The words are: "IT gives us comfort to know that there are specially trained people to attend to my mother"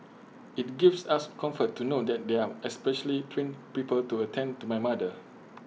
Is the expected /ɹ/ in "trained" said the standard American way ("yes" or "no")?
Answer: no